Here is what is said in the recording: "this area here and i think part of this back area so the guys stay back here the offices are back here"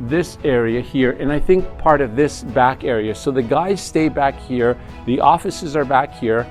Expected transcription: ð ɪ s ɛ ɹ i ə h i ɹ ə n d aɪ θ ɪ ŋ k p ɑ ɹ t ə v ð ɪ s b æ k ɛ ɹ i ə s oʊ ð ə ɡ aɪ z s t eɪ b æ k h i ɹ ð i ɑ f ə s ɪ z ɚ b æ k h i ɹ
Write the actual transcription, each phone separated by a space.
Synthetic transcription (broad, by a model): ð ɪ s ɛ ɹ i ə h i ɹ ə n aɪ θ ɪ ŋ k p ɑ ɹ t ə v ð ɪ s b æ k ɛ ɹ i ə s oʊ ð ə ɡ aɪ z s t eɪ b æ k h i ɹ ð i ɑ f ə s ɪ z ɚ b æ k h i ɹ